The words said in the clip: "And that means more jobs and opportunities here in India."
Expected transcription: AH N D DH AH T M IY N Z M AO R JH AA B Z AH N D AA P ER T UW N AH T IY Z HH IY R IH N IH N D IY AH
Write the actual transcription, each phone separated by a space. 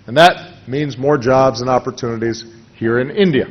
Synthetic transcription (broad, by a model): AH N DH AH T M IY N Z M AO R JH AA B Z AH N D AA P ER T UW N AH T IY Z HH IY R IH N IH N D IY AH